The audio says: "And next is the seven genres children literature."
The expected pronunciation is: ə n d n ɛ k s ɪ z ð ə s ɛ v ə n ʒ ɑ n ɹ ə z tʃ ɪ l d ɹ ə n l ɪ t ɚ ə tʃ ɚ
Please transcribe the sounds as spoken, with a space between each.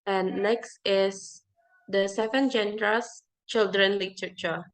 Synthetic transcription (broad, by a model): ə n n ɛ k s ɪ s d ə s ɛ v ə n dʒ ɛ n ɹ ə s tʃ ɪ l d ɹ ə n l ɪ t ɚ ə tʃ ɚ